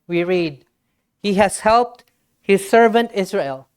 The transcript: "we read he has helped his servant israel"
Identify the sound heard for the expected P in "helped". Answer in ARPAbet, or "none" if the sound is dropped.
P